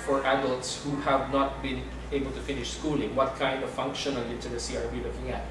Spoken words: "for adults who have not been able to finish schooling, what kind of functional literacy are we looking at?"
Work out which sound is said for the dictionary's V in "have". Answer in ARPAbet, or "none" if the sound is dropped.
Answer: V